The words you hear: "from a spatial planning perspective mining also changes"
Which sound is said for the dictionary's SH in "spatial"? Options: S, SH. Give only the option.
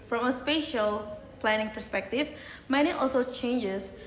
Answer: SH